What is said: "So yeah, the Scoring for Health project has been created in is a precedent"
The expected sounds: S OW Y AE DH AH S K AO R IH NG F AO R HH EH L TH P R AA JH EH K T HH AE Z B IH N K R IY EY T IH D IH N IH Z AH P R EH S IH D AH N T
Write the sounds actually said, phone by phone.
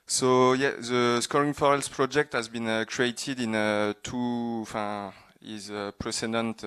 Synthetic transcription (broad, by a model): S OW Y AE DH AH S K AO R IH NG F AO R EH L S P R AA JH EH K T HH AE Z B IH N K R IY EY T IH D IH N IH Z AH P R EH S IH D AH N T